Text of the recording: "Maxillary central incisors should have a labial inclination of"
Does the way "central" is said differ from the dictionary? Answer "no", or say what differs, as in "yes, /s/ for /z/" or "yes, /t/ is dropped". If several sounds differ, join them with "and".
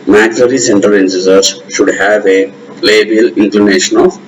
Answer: yes, /ɹ/ is dropped